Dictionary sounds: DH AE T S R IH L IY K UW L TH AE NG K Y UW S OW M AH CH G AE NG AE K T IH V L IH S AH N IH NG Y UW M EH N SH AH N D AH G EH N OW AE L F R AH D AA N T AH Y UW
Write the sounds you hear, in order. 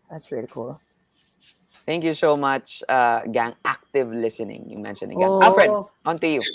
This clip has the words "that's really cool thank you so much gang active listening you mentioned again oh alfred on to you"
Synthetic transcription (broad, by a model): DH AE T S R IH L IY K UW L TH AE NG K Y UW S OW M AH CH G AE NG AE K T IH V L IH S AH N IH NG Y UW M EH N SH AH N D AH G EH OW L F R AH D AA N T AH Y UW